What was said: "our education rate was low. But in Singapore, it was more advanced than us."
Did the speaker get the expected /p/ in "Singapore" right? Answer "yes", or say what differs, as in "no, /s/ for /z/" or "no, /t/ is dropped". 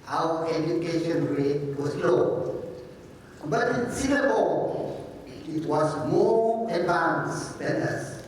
no, /b/ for /p/